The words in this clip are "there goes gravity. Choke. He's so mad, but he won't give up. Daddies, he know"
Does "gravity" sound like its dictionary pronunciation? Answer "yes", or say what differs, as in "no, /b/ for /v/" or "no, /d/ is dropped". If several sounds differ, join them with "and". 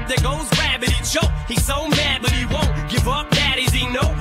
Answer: no, /b/ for /v/